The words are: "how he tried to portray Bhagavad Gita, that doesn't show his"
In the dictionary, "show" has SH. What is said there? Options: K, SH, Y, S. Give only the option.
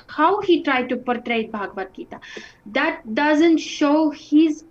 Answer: SH